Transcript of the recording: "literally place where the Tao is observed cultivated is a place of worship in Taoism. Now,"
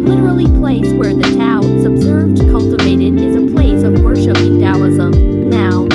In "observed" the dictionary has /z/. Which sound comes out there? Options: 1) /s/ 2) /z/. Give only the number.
2